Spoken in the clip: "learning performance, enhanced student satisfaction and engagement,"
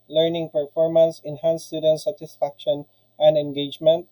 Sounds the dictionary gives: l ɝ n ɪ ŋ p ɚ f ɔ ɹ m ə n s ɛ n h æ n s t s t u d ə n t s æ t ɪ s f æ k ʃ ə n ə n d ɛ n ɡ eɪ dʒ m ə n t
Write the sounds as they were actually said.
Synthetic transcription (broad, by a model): l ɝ n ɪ ŋ p ɚ f ɔ ɹ m ə n s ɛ n h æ n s s t u d ə n t s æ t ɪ s f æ k ʃ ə n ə n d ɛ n ɡ eɪ dʒ m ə n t